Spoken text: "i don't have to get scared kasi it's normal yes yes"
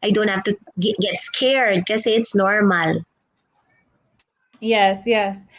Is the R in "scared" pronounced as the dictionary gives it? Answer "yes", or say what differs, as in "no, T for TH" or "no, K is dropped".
yes